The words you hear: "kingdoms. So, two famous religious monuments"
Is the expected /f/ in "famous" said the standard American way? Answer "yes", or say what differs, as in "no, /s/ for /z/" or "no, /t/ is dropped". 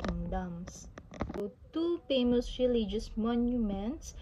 no, /p/ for /f/